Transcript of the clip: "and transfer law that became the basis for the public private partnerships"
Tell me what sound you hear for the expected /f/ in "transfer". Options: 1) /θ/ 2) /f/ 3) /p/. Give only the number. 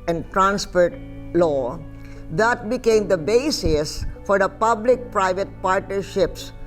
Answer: 3